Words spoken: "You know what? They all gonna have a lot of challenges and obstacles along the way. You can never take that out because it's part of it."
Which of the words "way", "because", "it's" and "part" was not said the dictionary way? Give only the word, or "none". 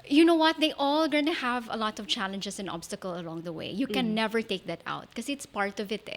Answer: because